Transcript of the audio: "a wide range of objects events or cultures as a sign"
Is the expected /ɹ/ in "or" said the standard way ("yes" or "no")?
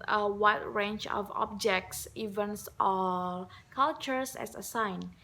no